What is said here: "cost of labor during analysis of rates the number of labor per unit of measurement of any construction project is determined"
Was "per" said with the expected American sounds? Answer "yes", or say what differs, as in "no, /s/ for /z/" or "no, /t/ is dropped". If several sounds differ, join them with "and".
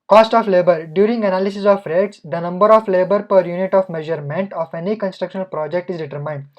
yes